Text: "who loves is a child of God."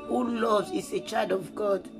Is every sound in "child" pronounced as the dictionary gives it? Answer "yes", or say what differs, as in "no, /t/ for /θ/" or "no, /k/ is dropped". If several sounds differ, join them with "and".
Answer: no, /l/ is dropped